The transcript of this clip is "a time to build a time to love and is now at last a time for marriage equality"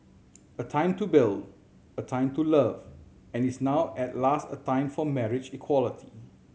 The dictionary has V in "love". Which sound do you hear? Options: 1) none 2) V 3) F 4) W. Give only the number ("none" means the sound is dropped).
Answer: 2